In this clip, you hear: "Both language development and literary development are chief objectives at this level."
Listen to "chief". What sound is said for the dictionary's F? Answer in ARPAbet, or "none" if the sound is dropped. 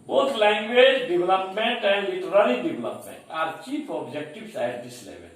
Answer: P